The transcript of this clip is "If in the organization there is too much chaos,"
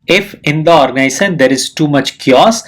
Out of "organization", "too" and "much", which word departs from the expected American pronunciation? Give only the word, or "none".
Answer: organization